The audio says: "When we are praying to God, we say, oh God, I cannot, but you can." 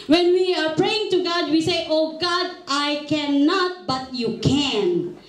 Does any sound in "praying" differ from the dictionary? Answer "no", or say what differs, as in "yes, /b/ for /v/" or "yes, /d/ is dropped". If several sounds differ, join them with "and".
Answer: no